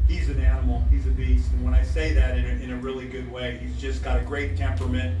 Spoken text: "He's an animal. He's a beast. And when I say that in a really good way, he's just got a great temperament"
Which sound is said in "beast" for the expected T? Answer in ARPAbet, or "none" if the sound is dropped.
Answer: T